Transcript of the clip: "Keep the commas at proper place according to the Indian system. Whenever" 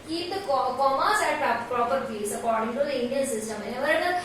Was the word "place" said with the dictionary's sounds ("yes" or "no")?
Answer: no